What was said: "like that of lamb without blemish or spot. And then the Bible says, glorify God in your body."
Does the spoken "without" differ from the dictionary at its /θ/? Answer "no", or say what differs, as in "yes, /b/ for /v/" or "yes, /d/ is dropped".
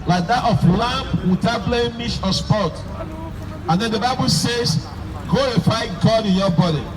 yes, /t/ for /θ/